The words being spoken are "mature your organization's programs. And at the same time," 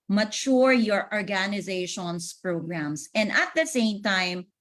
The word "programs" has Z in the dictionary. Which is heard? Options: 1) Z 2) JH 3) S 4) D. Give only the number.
3